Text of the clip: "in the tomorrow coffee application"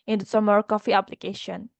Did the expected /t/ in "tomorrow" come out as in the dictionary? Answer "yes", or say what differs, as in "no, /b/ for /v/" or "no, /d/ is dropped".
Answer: no, /s/ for /t/